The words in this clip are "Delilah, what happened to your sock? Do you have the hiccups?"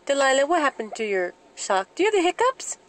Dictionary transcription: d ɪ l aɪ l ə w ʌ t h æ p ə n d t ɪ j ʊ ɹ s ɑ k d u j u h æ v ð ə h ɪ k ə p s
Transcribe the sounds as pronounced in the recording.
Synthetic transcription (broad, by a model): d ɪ l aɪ l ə w ʌ t h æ p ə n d t ɪ j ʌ ɹ ʃ ɑ k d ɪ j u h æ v ð ə h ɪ k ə p s